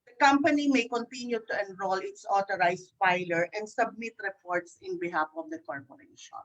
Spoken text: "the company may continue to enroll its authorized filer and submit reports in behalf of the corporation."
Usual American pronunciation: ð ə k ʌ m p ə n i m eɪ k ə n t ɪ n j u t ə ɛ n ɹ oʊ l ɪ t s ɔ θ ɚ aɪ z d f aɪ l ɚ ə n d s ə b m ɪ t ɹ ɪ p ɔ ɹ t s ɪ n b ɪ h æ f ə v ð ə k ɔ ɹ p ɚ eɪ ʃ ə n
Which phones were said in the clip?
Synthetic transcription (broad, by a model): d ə k ʌ m p ə n i m eɪ k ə n t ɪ n j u t ə ɛ n ɹ oʊ l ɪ t s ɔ t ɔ aɪ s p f aɪ l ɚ ə n d s ə b m ɪ t ɹ ɪ p ɔ ɹ t s ɪ n b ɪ h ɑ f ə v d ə k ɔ ɹ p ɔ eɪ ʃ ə n